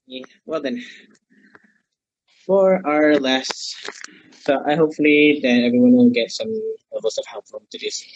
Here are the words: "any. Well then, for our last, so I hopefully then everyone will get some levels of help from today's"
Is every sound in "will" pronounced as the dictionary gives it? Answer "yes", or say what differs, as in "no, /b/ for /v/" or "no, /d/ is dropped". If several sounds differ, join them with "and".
no, /n/ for /l/